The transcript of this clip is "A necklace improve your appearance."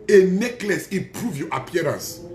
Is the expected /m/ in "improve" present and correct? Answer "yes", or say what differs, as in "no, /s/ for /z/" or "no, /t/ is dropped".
no, /m/ is dropped